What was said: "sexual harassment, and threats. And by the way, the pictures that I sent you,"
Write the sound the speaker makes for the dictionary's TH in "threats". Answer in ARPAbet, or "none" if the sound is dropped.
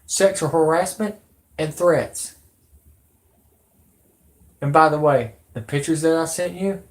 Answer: TH